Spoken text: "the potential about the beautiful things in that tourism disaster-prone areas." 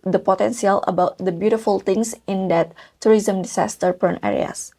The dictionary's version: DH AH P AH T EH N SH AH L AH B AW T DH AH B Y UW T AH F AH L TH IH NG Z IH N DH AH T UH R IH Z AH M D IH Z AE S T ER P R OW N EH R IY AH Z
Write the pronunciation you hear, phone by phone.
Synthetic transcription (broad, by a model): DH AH P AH T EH N S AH L AH B AW T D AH B Y UW T AH F AH L T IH NG S IH N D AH T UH R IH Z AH M D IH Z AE S T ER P OW N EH R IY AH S